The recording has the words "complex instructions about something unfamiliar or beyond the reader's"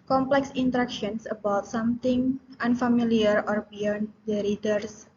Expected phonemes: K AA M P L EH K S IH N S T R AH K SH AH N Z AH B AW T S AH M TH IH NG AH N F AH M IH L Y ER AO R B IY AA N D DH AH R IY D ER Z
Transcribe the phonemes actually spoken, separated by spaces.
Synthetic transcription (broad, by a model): K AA M P L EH K S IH N T R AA K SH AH N S AH B AW T S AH M T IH NG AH N F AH M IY L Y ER AO R B IY AA N D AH R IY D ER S